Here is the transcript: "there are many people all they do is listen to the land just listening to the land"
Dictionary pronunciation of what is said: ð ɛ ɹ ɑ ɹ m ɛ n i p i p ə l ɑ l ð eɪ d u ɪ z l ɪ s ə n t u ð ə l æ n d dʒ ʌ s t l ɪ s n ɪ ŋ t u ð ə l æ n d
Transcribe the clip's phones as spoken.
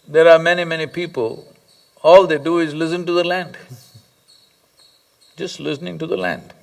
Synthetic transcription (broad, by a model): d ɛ ɹ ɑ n m ɛ n i p i p ə l ɑ l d eɪ d u ɪ z l ɪ s ə n t u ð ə l æ n d dʒ ʌ s t l ɪ s n ɪ ŋ t u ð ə l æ n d